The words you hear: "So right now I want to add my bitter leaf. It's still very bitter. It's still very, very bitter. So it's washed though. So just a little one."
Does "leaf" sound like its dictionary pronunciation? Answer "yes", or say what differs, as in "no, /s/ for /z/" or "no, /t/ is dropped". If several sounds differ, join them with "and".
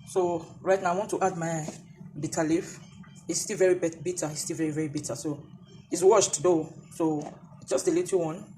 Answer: yes